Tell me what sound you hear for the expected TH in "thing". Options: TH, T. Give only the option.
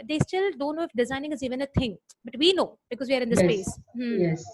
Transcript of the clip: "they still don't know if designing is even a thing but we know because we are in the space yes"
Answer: T